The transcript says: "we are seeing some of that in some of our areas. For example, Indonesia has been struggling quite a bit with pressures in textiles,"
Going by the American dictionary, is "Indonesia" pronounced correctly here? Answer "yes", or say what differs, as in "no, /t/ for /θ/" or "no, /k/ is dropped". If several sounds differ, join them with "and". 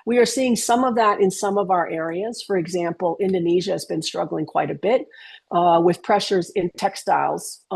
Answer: yes